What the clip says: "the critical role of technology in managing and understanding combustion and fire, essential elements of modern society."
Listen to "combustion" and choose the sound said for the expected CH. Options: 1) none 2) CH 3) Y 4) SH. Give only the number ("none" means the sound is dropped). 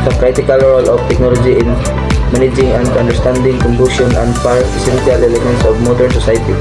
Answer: 1